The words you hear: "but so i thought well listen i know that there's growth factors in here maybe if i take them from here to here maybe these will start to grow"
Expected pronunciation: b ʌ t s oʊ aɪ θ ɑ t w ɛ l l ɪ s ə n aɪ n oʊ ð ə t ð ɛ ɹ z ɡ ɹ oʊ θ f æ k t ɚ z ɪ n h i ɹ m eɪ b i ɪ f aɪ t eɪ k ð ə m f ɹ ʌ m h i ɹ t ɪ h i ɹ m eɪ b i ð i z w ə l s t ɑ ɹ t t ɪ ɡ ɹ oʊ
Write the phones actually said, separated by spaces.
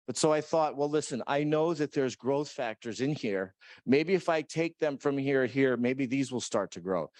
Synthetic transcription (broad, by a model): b ʌ t s oʊ aɪ θ ɑ t w ɛ l l ɪ s ə n aɪ n oʊ ð ə t ð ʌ ɹ z ɡ ɹ oʊ θ f æ k t ɚ z ɪ n h i ɹ m eɪ b i ɪ f aɪ t eɪ k ð ə m f ɹ ʌ m h i ɹ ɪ h i ɹ m eɪ b i ð i z w ə l s t ɑ ɹ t t ɪ ɡ ɹ oʊ